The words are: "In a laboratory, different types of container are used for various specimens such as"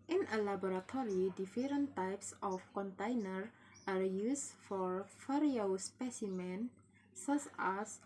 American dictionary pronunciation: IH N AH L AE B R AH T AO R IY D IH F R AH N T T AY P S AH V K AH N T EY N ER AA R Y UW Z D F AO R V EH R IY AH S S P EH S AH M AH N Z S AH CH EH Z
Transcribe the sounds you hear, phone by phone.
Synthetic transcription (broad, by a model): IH N AH L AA B R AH T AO R IY D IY F R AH N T T AY P S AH F K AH N T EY N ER AA R Y UW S F AO R F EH R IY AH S S P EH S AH M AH N S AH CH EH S